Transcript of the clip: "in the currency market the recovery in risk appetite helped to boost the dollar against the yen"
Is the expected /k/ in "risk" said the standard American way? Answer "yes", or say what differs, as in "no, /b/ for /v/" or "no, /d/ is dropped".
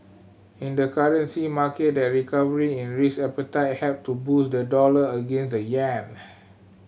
no, /k/ is dropped